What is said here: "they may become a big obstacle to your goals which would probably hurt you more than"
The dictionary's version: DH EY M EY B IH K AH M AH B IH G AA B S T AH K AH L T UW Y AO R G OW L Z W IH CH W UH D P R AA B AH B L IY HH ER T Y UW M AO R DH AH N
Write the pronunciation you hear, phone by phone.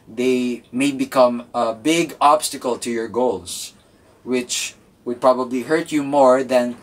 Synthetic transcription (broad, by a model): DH EY M EY B IH K AH M AH B IH G AA B S T AH K AH L T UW Y AO R G OW L S W IH CH W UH D P R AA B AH B L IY HH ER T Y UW M AO R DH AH N